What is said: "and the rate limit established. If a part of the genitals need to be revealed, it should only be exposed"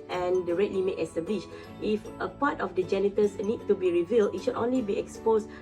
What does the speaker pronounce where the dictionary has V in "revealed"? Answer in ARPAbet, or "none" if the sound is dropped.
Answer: V